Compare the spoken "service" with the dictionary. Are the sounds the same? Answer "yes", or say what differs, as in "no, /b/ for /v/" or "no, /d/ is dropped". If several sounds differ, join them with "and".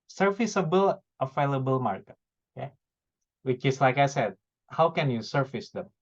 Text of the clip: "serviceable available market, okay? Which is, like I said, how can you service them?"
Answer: no, /f/ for /v/